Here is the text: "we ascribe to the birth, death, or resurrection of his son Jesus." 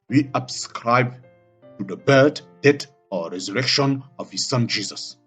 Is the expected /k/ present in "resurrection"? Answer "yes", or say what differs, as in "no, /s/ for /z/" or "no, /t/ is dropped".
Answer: yes